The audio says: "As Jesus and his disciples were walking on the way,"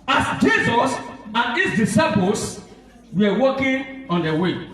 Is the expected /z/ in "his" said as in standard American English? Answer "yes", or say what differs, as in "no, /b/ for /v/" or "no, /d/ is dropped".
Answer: no, /s/ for /z/